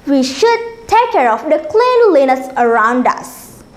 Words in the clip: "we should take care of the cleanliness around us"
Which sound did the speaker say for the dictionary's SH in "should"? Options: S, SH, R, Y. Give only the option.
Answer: SH